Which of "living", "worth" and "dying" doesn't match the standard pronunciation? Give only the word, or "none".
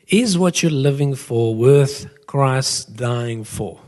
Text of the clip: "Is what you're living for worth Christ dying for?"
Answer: none